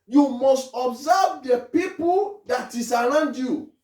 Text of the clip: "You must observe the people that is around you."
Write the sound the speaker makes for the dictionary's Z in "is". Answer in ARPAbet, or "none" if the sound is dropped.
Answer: S